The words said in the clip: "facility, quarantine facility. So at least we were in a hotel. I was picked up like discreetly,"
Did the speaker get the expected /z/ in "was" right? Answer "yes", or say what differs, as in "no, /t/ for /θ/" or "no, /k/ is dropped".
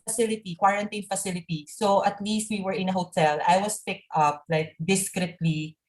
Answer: no, /s/ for /z/